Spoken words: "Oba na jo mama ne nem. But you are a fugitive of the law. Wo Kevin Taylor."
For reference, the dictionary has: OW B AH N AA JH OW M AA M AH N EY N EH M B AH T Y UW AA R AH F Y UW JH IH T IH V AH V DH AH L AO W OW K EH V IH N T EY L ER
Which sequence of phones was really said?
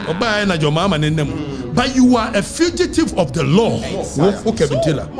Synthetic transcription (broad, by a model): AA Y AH N AA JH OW M AA M AH N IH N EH M B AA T Y UW AA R AH F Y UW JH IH T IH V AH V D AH L AO W OW K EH B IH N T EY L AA